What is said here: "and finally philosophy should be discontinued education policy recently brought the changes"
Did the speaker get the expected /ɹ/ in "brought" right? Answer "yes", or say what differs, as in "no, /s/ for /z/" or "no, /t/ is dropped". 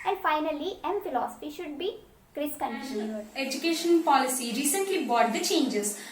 no, /ɹ/ is dropped